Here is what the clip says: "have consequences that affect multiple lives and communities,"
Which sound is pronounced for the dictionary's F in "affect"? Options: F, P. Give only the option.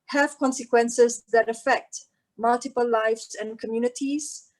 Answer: F